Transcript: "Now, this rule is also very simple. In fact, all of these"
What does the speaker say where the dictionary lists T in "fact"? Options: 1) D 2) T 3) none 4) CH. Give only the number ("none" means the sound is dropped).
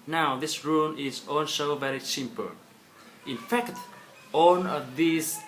2